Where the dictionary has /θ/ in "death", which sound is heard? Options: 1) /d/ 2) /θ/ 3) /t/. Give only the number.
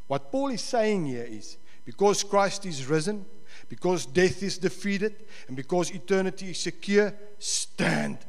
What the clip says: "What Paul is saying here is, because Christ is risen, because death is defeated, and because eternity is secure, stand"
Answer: 2